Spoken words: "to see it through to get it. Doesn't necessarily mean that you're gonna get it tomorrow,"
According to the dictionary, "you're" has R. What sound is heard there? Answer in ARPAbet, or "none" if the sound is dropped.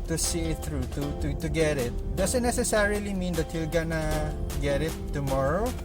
L